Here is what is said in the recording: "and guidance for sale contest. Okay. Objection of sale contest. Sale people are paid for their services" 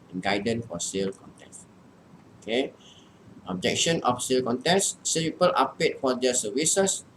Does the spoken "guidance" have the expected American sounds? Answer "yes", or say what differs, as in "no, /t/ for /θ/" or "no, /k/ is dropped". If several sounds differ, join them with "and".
no, /s/ is dropped